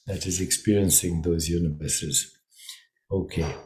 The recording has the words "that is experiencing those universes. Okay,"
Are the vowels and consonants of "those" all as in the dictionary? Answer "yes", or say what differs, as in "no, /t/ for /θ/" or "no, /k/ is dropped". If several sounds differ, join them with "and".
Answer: yes